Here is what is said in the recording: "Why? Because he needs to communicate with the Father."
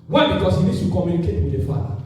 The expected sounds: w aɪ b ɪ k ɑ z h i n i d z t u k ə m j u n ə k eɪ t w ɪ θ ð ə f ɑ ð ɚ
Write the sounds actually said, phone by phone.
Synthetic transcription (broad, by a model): w aɪ b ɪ k ɑ s h i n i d s t u k ə m j u n ə k eɪ t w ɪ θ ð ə f ɑ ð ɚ